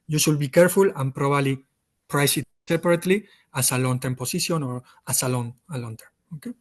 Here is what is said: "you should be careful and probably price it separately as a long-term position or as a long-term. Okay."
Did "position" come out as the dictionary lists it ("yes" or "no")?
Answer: no